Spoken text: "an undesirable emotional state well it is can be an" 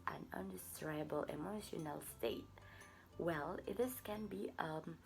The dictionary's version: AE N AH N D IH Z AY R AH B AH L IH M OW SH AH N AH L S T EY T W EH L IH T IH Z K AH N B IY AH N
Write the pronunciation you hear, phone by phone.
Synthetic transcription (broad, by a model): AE N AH N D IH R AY AH B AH L IH M OW SH AH N AH L S T EY T W EH L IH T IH S K AH N B IY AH